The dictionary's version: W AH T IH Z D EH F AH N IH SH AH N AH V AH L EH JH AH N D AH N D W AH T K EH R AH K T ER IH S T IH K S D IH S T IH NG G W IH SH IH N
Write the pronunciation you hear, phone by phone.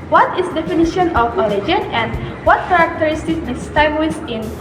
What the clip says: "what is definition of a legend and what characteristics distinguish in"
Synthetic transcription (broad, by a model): W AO T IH S D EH F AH N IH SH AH N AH F AH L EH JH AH N AH N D W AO T K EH R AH K T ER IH S T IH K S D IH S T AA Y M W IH S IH N